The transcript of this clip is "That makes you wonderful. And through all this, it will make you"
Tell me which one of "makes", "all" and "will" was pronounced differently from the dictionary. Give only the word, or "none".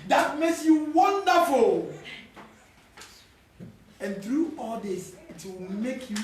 will